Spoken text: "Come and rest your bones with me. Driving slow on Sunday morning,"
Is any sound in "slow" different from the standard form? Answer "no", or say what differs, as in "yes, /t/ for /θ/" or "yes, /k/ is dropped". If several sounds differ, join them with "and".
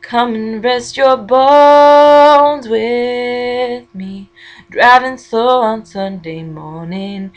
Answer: yes, /l/ is dropped